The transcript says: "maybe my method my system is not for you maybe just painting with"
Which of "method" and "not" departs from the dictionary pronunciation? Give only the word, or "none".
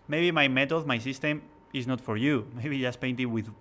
method